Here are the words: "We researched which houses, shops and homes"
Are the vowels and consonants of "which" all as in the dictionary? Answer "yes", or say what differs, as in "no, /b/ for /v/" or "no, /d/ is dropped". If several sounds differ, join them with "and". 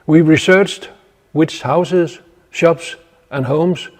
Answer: no, /s/ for /tʃ/